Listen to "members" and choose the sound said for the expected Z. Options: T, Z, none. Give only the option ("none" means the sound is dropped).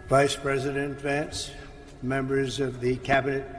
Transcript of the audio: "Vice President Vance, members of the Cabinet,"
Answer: Z